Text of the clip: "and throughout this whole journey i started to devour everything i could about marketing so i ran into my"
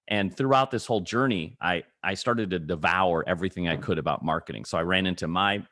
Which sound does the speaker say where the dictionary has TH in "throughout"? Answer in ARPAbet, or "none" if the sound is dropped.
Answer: TH